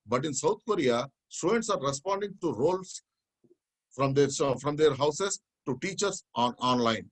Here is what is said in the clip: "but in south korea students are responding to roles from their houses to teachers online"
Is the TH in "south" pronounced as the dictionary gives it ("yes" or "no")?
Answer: no